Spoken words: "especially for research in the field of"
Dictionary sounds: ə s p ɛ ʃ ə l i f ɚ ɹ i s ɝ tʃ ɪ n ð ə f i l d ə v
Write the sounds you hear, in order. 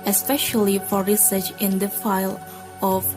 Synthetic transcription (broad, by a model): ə s p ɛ ʃ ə l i f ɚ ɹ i s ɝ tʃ ɪ n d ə f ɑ l ə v